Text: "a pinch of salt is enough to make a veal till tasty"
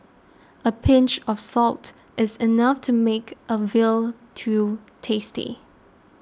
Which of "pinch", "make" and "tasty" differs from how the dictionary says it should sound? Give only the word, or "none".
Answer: none